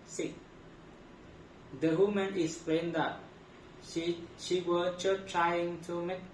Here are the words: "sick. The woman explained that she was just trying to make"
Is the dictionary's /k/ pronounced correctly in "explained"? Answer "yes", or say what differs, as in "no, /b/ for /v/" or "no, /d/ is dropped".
no, /k/ is dropped